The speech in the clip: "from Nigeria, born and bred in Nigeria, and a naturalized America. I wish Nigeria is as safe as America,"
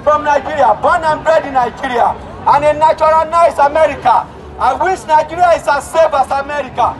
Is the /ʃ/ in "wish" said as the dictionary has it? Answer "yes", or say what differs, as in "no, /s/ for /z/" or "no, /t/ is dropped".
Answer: no, /s/ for /ʃ/